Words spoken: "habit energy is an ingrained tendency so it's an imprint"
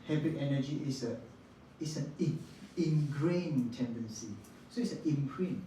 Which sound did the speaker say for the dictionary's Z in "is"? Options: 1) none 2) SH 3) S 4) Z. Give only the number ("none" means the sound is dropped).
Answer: 3